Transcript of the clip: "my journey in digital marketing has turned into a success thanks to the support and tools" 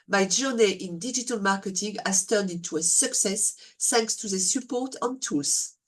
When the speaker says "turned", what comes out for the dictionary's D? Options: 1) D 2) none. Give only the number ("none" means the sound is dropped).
1